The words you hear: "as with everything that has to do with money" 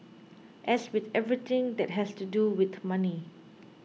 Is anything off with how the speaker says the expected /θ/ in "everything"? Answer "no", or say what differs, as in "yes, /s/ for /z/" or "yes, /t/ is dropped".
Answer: yes, /t/ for /θ/